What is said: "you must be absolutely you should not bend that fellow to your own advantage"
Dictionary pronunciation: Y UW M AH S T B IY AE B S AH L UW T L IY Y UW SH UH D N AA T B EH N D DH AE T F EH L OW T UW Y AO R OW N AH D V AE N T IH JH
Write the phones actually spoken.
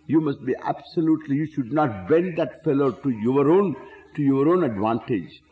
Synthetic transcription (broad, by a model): Y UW M AH S T B IY AE B S AH L UW T L IY Y UW SH UH D N AA T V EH N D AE T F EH L OW T UW Y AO R OW N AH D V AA N T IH JH